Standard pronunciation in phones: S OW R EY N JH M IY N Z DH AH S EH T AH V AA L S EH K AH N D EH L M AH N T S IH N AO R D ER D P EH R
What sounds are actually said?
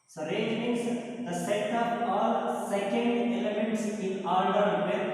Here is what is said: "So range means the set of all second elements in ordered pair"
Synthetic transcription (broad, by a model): S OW R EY JH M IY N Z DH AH S EH T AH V AA L S EH K AH N D EH L M AH N T S IH N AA L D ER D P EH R